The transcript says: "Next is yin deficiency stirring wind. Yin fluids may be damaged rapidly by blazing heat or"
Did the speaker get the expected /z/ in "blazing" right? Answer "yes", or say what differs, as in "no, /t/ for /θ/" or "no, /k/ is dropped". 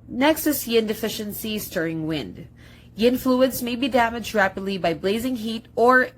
yes